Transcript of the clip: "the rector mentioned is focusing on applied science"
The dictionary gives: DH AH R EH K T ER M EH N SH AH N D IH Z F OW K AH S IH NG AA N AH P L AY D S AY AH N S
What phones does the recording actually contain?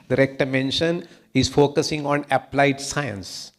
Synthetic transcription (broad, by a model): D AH R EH K T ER M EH N SH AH N IH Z F OW K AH S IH NG AA N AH P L AY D S AY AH N S